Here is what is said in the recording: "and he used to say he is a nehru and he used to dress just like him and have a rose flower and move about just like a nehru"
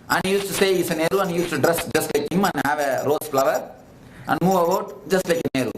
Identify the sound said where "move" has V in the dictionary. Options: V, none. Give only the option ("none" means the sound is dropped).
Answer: V